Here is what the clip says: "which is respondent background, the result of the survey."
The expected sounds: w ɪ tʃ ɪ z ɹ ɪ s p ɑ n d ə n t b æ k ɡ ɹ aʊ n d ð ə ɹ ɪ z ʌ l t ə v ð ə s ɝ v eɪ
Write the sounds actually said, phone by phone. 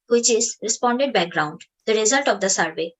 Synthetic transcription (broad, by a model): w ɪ tʃ ɪ z ɹ ɪ s p ɑ n d ə n t b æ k ɡ ɹ aʊ n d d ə ɹ ɪ z ʌ l t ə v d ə s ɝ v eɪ